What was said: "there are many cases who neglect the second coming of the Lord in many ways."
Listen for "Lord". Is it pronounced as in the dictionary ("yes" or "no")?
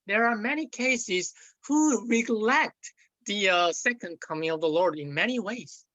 yes